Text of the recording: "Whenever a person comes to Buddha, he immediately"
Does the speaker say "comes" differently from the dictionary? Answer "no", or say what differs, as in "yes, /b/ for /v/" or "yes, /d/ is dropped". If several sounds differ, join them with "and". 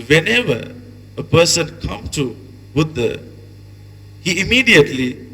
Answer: yes, /z/ is dropped